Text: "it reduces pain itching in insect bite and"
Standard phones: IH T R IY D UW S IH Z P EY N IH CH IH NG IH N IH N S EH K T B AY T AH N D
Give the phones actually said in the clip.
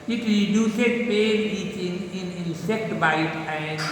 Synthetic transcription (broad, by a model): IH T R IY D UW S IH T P EY IY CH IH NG IH N IH N S EH K T B AY T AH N